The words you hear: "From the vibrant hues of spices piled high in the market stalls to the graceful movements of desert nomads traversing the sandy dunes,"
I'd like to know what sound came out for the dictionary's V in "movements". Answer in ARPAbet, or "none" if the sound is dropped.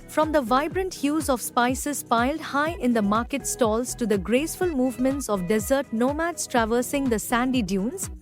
V